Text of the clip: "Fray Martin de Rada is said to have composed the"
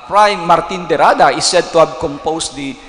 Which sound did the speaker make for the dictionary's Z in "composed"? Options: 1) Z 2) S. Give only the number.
2